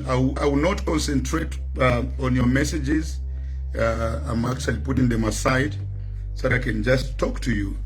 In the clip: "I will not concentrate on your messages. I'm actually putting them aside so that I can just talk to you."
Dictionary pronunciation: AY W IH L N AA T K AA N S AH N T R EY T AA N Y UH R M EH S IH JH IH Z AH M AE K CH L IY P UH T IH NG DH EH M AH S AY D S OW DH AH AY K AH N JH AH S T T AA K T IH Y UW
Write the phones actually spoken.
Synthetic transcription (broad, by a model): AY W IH W N AA T K AA N S AH N T R EY T AA N Y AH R M EH S IH JH IH Z AH M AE K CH L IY P UH T IH NG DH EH M AH S AY D S OW DH AH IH K AH N JH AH S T T AA K T IH Y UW